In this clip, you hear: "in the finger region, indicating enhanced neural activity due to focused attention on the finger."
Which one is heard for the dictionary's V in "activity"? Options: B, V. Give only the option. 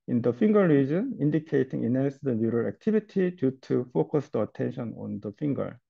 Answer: B